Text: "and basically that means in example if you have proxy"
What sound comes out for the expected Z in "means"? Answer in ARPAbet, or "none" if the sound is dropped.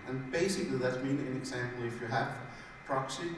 none